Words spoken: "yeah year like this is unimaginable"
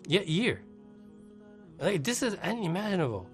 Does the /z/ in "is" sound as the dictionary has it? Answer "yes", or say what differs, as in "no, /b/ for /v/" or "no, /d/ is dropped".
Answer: yes